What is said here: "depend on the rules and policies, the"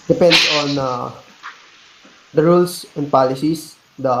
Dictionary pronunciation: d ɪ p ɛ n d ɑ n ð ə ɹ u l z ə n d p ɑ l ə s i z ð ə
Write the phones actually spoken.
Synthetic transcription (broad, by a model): d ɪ p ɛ n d ɑ n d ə ɹ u l s ə n d p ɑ l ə s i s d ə